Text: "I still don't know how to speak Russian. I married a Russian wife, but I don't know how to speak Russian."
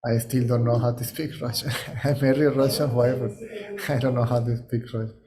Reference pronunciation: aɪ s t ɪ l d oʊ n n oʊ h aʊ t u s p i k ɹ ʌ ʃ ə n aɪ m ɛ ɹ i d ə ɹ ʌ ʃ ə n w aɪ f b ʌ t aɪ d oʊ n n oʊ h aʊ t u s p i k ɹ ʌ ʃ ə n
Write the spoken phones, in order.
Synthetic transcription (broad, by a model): aɪ s t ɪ l d oʊ n n oʊ h aʊ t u s p i k ɹ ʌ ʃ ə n aɪ m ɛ ɹ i ə ɹ ʌ ʃ ə n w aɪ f b ʌ t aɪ d oʊ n n oʊ h aʊ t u s p i k ɹ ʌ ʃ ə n